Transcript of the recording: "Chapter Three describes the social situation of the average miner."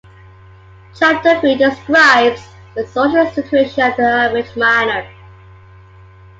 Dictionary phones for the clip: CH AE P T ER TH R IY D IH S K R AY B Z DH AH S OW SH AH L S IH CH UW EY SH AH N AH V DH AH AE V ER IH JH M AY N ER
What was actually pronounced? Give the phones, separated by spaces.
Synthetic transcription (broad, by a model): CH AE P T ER F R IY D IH S K R AY B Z DH AH S OW SH AH L S IH CH UW EY SH AH N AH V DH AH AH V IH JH M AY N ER